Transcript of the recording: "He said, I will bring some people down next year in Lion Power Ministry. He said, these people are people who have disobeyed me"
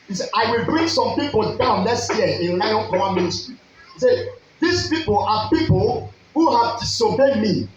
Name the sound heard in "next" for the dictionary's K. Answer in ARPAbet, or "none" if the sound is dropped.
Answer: none